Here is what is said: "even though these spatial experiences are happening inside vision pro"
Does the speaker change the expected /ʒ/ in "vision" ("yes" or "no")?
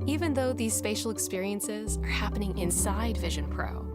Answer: no